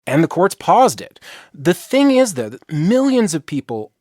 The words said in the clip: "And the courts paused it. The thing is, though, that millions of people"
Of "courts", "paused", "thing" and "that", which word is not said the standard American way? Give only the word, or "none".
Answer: none